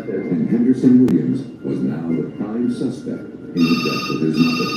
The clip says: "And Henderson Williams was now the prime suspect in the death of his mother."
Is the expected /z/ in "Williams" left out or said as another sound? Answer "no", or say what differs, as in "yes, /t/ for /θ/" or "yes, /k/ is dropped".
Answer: no